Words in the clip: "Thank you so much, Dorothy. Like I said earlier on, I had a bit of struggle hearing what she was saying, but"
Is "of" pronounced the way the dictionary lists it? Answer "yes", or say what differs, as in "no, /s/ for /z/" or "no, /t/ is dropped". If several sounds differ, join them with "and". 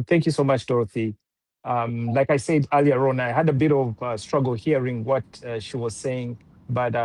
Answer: yes